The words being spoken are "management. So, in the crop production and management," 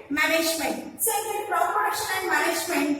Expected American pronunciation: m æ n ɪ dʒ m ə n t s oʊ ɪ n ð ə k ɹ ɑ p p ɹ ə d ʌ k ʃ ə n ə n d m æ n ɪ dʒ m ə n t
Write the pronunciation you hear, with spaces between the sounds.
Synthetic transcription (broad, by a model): m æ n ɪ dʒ m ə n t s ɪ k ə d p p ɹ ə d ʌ ʃ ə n ə n d m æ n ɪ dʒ m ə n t